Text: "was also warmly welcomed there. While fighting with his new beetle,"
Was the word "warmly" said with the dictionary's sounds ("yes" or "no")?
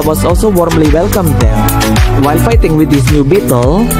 yes